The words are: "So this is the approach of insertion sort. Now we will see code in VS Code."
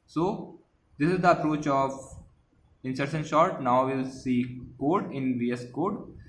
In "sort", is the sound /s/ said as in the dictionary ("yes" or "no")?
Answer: no